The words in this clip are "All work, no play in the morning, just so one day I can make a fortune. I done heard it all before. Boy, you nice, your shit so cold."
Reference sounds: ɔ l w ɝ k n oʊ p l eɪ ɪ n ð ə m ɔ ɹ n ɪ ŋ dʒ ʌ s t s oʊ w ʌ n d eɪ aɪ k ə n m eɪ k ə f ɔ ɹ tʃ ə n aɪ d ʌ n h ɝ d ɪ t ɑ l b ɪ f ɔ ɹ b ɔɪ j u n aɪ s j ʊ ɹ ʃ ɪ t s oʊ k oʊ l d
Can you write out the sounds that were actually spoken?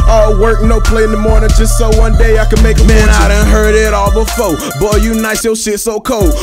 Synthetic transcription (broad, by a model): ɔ w ɝ k n oʊ p l eɪ ɪ n ð ə m ɔ ɹ n ɪ ŋ dʒ ʌ s t s oʊ w ʌ n d eɪ aɪ k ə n m eɪ k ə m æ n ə aɪ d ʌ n h ɝ d ɪ t ɑ l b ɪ f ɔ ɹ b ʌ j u n aɪ s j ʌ l ʃ ɪ t s oʊ k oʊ l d